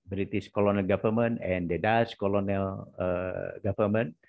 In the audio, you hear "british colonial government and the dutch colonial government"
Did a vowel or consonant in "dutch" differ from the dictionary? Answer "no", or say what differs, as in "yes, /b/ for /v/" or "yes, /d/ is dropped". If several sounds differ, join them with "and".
yes, /s/ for /tʃ/